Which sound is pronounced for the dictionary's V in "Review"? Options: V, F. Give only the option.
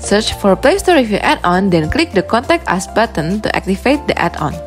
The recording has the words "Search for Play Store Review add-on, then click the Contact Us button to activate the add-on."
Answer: F